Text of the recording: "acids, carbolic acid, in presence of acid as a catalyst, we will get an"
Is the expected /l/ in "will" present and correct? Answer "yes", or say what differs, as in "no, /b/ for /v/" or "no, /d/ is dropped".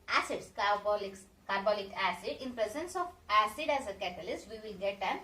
no, /n/ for /l/